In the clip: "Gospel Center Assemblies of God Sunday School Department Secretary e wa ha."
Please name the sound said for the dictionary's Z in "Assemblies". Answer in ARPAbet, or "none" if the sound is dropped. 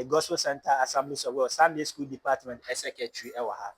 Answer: S